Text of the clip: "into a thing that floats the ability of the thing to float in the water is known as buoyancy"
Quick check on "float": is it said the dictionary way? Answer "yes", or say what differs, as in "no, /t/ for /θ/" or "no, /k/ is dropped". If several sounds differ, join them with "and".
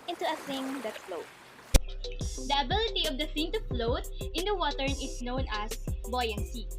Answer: yes